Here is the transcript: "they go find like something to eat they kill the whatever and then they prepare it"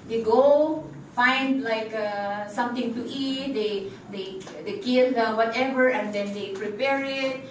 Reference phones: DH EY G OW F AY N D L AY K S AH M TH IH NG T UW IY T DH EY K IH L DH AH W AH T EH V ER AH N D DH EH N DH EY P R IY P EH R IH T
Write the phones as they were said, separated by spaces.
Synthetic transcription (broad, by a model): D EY G OW F AY N D L AY K S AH M T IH NG T UW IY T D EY K IH L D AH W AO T EH V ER AH N D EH N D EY P R IY P EH R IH T